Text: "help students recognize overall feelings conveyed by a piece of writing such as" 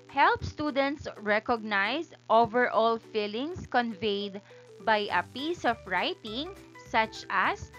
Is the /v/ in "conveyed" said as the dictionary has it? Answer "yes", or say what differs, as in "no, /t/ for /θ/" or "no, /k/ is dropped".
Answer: yes